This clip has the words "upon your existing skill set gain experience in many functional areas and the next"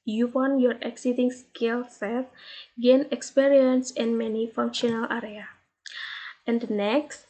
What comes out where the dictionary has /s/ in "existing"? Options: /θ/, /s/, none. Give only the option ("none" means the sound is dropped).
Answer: none